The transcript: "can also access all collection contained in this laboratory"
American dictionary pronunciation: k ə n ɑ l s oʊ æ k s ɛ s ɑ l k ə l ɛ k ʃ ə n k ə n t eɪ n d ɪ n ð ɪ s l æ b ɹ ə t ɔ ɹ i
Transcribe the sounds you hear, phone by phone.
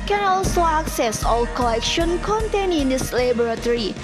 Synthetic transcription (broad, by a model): k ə n ɑ l s oʊ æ k s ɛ s ɑ l k ə l ɛ k ʃ ə n k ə n t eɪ n ɪ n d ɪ s l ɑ b ɹ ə t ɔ ɹ i